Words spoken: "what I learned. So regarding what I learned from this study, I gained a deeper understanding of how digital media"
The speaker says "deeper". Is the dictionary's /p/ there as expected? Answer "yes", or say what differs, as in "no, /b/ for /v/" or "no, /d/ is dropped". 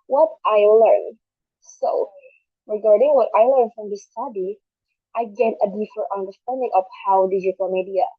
no, /f/ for /p/